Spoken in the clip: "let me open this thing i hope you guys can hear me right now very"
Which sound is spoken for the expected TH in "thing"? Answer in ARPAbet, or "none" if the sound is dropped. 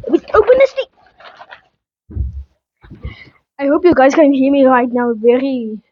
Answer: T